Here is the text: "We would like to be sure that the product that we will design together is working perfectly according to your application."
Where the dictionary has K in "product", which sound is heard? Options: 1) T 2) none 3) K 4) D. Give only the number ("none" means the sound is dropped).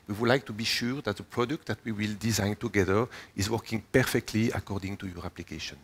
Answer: 3